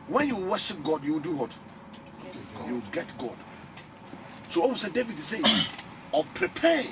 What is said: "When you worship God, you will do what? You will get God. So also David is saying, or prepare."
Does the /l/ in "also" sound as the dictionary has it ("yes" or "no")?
no